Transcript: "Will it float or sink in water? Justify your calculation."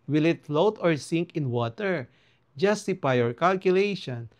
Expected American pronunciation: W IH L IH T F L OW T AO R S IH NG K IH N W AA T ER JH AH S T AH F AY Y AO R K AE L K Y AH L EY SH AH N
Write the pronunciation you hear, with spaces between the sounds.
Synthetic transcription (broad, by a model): W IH L IH T F L OW T AO R S IH NG K IH N W AA T ER JH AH S T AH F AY Y AO R K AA L K Y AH L EY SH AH N